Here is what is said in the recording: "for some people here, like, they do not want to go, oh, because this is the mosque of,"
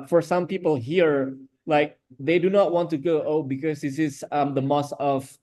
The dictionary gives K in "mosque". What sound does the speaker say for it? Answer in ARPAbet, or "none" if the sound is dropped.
none